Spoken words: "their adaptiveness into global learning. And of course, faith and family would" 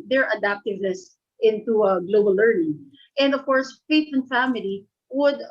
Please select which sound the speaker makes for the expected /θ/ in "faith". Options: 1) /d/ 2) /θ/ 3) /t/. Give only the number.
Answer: 3